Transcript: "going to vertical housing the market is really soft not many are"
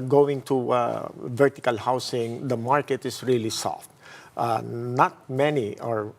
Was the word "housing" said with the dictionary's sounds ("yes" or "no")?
no